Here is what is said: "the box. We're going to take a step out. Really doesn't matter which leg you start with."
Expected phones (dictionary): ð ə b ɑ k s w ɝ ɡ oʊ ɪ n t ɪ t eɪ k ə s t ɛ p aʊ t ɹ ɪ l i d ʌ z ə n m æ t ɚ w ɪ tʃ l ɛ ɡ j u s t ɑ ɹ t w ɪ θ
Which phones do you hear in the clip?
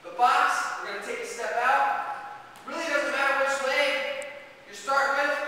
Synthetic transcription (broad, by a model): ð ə b ɑ k s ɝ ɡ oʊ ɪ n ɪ t eɪ k ə s t ɛ p aʊ t ɹ ɪ l i d ʌ z ə n m æ t ɚ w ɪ s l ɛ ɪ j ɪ s t ɑ ɹ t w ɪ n